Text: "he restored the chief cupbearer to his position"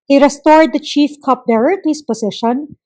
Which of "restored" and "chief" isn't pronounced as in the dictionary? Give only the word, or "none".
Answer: none